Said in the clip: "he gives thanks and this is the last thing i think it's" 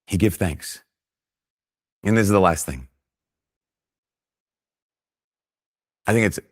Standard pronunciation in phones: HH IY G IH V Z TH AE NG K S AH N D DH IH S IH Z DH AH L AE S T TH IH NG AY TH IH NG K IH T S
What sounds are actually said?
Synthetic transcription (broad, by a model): HH IY G IH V TH AE NG K S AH N DH IH S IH Z DH AH L AE S T TH IH NG AY TH IH NG K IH T S